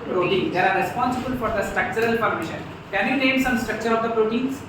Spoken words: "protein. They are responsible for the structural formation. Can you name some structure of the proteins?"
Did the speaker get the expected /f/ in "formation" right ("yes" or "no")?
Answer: no